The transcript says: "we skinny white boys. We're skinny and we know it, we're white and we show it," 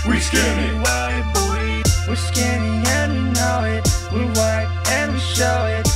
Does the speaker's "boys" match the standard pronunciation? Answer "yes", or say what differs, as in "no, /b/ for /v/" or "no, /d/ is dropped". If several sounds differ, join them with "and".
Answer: no, /z/ is dropped